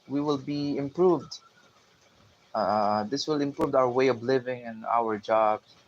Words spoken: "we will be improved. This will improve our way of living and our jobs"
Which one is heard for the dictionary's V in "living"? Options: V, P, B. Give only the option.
V